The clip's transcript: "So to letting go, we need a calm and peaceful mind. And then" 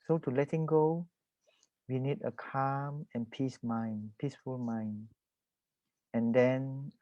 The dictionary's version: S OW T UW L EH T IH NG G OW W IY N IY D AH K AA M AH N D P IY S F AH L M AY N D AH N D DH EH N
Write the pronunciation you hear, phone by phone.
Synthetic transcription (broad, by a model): S OW T UW L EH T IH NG G OW W IY N IY D AH K AA M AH N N P IY S F AH L M AY N AH N D EH N